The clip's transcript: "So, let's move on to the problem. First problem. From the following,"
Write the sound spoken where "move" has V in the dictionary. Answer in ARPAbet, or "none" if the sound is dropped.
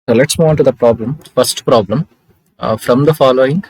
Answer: none